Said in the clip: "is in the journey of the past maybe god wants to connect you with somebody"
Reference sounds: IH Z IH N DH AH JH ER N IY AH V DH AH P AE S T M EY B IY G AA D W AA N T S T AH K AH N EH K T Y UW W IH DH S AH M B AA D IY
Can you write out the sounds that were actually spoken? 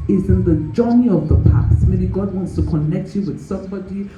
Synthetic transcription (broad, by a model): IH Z IH N DH AH JH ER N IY AH V DH AH P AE S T M EY B IY G AA D W AA N T S T AH K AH N EH K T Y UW W IH DH S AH M B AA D IY